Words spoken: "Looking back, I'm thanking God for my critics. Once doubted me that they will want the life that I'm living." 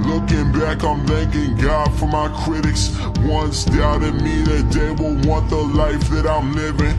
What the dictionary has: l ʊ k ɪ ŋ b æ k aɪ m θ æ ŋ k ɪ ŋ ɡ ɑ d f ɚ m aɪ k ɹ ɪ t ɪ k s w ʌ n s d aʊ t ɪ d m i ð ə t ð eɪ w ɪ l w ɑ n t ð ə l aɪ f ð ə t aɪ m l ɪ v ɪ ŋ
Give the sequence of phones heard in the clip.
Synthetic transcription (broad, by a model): l ʊ k ɪ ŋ b æ k aɪ m θ æ ŋ k ɪ ŋ ɡ ɑ d f ɚ m aɪ k ɹ ɪ t ɪ k s w ʌ n s d aʊ t ɪ d m i ð ə t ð eɪ w ɪ l w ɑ n ð ə l aɪ f ð ə t aɪ m l ɪ v ɪ ŋ